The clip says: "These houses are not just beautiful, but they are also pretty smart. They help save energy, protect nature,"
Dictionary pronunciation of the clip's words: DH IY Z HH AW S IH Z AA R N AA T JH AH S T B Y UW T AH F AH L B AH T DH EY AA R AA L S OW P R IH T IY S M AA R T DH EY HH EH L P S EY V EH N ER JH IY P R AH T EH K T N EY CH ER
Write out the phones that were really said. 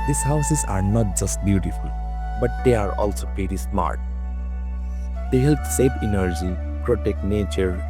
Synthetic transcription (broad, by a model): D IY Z HH AW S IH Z AA R N AA T JH AH S T B Y UW T AH F AH L B AH T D EY AA R AA L S OW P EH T IY S M AA R T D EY HH EH L P S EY P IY N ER JH IY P R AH T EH K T N EY CH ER